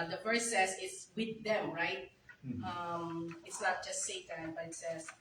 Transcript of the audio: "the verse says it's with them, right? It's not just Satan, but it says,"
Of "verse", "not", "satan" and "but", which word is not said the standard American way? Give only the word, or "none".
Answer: verse